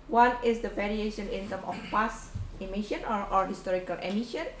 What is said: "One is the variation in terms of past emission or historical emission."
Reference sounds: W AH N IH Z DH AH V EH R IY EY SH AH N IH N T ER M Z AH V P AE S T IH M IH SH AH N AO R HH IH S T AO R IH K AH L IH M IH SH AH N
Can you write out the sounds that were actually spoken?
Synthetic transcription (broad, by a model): W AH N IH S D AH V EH R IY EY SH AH N IH N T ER M AH F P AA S IH M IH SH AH N AO R HH IH S T AO R IH K AH L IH M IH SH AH N